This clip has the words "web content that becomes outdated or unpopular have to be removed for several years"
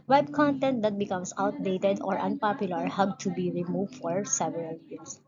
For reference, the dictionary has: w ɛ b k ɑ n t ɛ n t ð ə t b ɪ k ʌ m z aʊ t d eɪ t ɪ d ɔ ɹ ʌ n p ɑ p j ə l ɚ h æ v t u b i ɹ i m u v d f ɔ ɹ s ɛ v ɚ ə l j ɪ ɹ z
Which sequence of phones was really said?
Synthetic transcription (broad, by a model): w ɛ b k ɑ n t ɛ n t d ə t b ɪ k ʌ m s aʊ t d eɪ t ɪ d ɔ ɹ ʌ n p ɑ p j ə l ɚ h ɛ b t u b i ɹ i m u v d f ɔ ɹ s ɛ v ɚ ə l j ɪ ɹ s